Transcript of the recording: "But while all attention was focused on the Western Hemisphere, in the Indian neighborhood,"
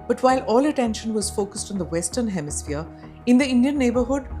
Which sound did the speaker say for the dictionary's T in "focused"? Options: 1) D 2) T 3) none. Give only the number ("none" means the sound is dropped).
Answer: 2